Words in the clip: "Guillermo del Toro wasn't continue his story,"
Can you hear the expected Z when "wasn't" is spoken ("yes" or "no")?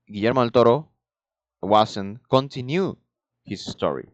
no